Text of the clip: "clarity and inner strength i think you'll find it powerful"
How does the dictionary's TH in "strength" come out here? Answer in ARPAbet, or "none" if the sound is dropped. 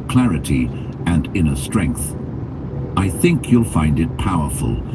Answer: TH